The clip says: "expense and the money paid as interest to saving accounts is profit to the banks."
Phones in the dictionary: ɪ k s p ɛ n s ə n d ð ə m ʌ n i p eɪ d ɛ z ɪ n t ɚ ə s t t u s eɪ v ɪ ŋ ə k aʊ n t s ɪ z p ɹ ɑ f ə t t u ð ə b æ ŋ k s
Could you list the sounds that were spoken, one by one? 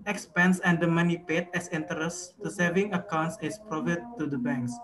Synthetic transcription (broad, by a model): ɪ k s p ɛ n s ə n d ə m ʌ n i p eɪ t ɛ s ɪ n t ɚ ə s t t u s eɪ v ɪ ŋ ə k aʊ n t s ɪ s p ɹ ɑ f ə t t u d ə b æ ŋ k s